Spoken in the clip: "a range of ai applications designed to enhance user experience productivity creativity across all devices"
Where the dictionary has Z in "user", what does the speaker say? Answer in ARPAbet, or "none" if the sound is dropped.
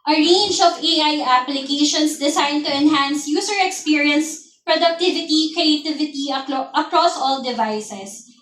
S